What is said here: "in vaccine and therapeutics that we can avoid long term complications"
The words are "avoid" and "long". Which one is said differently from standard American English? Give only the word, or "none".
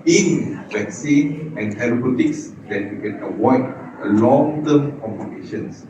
avoid